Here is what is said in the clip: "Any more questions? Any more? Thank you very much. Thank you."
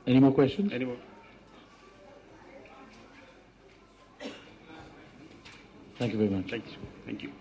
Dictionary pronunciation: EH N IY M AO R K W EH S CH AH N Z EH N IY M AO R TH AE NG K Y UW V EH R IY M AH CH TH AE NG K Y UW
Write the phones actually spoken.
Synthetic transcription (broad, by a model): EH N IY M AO K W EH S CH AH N EH N IY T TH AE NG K Y UW V EH R IY M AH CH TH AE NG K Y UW